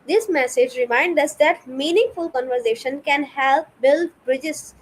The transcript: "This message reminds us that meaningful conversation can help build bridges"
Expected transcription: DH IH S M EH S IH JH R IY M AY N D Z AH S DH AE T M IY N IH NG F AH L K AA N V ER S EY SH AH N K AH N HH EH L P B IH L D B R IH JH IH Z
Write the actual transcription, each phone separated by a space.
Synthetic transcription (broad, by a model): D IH S M EH S IH JH R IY M AY N D AH S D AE T M IY N IH NG F AH L K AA N V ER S EY SH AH N K AH N HH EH L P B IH L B R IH JH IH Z